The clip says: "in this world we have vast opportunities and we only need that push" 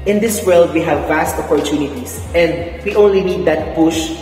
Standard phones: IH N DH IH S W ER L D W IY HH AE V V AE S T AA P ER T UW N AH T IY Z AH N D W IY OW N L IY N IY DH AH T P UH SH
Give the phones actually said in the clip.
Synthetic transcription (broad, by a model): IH N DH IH S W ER L D W IY HH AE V V AE S T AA P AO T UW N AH T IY S AH N D W IY OW N L IY N IY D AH T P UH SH